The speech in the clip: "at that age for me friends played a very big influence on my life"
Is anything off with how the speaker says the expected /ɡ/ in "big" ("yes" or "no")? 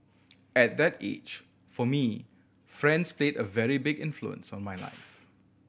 no